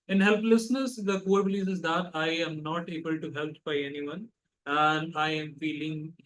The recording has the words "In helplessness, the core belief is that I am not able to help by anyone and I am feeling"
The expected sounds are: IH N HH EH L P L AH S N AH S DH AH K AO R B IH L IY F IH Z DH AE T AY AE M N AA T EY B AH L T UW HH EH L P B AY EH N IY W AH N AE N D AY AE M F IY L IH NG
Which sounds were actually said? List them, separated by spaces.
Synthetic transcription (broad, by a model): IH N HH EH L P L AH S N AH S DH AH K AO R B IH L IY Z IH Z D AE T AY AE M N AA T EY B AH L T UW HH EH L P B AY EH N IY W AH N AE N D AY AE M F IY L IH NG